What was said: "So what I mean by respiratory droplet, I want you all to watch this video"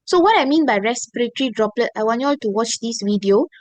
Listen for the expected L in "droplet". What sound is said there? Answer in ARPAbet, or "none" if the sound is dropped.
L